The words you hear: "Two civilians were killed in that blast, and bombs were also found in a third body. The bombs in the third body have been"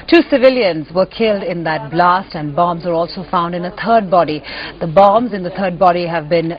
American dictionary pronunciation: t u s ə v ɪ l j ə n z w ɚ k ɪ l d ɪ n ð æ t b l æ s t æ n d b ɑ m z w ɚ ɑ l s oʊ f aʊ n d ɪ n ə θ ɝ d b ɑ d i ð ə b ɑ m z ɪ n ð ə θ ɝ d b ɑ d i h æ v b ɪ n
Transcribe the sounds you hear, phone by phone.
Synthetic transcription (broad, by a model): t u s ə v ɪ l j ə n z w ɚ k ɪ l d ɪ n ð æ t b l æ s t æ n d b ɑ m z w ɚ ɑ l s oʊ f aʊ n d ɪ n ə t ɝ d b ɑ d i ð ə b ɑ m z ɪ n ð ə t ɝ d b ɑ d i h æ v b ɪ n